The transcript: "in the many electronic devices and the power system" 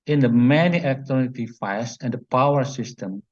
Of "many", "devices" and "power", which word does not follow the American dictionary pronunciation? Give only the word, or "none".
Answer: devices